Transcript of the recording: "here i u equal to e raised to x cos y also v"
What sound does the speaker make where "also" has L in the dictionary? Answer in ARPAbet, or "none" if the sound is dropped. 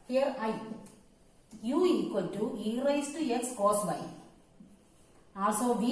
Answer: none